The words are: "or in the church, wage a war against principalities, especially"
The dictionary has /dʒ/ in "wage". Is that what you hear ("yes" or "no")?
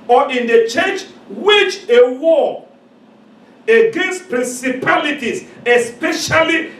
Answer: no